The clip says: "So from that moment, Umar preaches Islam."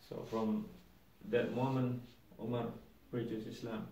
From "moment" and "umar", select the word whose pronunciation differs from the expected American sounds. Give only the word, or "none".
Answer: moment